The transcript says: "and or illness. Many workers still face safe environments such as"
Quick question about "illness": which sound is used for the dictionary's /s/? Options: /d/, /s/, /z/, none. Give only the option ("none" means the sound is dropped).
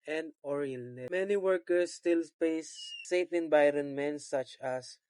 none